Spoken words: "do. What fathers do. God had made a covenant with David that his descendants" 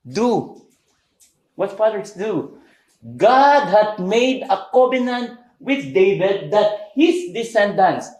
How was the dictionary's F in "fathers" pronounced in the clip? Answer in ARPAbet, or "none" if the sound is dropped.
P